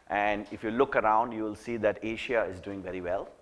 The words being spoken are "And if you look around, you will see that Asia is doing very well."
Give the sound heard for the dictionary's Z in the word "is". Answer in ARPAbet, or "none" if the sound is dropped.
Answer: Z